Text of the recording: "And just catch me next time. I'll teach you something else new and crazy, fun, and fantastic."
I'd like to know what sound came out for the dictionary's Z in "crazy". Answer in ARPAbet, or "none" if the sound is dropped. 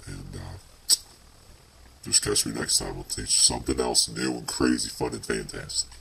Z